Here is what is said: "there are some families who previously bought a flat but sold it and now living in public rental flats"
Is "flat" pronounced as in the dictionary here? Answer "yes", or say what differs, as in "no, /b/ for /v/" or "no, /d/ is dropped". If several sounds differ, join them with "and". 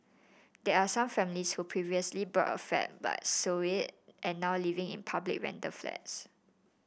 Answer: no, /l/ is dropped